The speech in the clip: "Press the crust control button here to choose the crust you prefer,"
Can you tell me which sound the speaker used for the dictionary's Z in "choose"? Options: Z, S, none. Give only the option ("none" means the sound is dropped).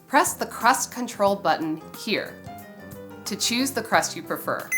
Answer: Z